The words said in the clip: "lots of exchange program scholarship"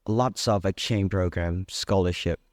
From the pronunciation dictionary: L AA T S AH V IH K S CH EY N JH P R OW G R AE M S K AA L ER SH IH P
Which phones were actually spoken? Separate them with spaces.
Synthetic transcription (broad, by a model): L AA T S AH V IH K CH EY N P R OW G R AE M S K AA L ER SH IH P